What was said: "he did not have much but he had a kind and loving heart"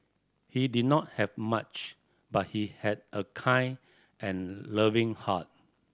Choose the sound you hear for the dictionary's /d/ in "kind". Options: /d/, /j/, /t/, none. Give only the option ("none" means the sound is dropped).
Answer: none